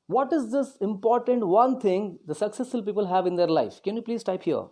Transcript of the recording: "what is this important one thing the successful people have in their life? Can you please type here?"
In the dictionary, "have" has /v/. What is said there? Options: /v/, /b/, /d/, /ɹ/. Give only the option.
/v/